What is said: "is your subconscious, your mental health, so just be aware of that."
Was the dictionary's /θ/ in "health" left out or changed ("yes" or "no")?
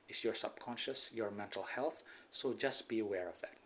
no